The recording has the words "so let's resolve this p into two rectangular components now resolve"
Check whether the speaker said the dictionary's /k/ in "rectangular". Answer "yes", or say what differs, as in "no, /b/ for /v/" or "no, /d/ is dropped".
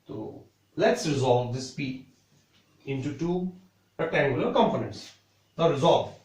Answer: no, /k/ is dropped